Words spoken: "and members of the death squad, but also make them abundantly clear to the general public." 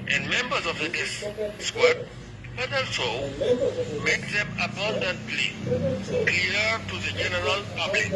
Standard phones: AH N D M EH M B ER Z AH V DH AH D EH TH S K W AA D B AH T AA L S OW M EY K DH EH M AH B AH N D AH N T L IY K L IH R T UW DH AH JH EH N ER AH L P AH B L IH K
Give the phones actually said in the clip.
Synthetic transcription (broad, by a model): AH N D M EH M B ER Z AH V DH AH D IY S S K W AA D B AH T AA L S OW M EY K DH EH M AH B AH N D AH N T L IY K L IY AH T UW DH AH JH EH N ER AH L P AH B L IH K